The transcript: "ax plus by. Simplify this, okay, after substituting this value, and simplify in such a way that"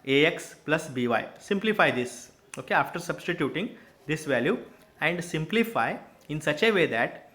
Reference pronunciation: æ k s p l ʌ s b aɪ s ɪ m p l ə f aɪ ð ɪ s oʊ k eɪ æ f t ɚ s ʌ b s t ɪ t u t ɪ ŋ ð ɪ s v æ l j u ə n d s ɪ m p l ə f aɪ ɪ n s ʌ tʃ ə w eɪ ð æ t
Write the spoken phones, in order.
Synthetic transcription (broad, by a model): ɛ k s p l ʌ s b aɪ s ɪ m p l ə f aɪ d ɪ s oʊ k eɪ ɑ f t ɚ s ʌ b s t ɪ t u t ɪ ŋ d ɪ s v æ l j u ə n d s ɪ m p l ə f aɪ ɪ n s ʌ tʃ ə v eɪ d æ t